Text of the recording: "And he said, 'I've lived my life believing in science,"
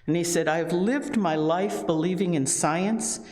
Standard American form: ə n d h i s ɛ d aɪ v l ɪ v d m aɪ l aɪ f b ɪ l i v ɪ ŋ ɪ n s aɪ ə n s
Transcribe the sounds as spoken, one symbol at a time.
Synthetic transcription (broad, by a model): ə n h i s ɛ d aɪ v l ɪ v d m aɪ l aɪ f b ɪ l i v ɪ ŋ ɪ n s aɪ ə n s